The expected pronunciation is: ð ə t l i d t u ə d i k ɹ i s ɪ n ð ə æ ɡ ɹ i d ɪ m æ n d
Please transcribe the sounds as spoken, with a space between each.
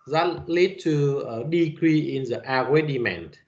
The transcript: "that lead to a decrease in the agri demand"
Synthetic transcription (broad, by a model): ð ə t l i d t u ə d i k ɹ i ɪ n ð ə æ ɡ w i d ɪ m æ n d